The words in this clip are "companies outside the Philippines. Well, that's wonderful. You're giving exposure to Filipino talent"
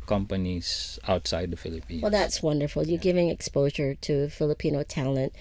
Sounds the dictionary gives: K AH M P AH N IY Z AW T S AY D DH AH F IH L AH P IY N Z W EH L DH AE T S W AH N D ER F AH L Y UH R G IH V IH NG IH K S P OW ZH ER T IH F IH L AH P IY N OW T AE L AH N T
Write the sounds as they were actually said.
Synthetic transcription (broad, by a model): K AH M P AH N IY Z AW T S AY D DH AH F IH L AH P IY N W EH L DH AE T S W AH N D ER F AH L Y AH R G IH V IH NG IH K S P OW ZH ER T IH F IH L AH P IY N OW T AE L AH N T